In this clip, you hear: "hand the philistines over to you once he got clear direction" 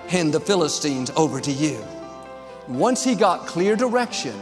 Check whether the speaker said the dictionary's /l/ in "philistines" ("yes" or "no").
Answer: yes